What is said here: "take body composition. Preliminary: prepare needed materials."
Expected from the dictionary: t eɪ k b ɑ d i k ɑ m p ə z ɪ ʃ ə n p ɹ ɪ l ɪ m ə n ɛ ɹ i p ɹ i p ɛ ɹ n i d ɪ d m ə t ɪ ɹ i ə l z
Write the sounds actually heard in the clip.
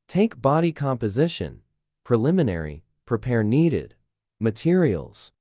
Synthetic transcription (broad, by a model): t eɪ k b ɑ d i k ɑ m p ə z ɪ ʃ ə n p ɹ ɪ l ɪ m ə n ɛ ɹ i p ɹ i p ɛ ɹ n i d ɪ d m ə t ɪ ɹ i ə l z